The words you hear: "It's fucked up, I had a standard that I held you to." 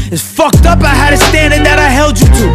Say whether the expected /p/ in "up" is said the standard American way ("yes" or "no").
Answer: yes